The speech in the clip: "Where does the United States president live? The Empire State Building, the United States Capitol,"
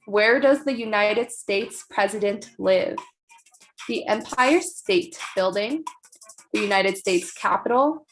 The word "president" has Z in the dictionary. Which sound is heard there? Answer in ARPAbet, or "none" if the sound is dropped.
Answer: Z